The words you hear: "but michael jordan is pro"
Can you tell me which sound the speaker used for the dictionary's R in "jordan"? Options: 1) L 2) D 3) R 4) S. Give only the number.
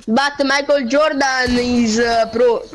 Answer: 3